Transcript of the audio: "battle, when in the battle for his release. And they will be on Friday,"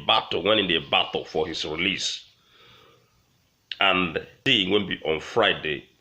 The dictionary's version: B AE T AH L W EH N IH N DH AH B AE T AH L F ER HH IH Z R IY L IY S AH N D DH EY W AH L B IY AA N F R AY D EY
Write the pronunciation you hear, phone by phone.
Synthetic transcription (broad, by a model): B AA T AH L W EH N IH N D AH B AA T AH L F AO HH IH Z R IY L IY S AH N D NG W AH N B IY AA N F R AY D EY